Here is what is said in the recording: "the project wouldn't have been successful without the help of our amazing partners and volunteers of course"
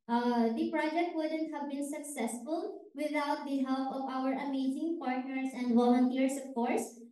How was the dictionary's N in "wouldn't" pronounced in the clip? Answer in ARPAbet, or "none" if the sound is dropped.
N